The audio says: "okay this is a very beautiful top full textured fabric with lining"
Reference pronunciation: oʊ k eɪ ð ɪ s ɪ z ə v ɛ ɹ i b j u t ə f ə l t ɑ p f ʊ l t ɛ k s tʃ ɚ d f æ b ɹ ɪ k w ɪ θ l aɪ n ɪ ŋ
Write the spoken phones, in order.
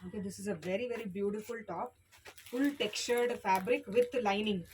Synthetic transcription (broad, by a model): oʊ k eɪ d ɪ s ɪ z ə v ɛ ɹ i b j u t ə f ə l t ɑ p f ʊ l t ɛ k tʃ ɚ d f æ b ɹ ɪ k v ɪ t l aɪ n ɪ ŋ